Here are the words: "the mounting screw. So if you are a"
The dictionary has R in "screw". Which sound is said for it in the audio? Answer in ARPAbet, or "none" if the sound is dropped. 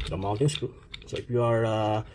none